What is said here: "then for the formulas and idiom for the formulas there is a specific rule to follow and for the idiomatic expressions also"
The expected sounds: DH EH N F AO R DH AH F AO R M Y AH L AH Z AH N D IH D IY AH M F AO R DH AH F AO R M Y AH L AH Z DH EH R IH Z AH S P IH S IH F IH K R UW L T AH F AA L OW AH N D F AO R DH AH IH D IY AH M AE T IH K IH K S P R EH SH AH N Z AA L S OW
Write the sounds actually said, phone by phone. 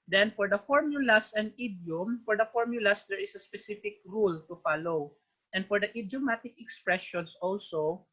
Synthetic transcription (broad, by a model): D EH N F AO R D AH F AO R M Y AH L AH S AH N D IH D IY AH M F AO R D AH F AO R M Y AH L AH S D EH R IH S AH S P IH S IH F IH K R UW L T AH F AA L OW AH N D F AO R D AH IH D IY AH M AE T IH K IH K S P R EH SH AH N S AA L S OW